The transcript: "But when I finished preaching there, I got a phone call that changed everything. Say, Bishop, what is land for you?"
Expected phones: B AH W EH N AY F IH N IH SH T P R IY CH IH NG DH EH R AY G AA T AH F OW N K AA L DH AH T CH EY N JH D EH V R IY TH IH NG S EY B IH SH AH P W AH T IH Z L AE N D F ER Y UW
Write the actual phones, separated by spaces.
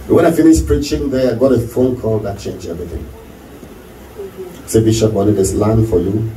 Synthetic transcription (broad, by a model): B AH W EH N AY F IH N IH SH P R IY CH IH NG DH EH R AY G AA T AH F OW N K AA L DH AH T CH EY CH EH V R IY TH IH NG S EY B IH SH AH P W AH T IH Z L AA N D F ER Y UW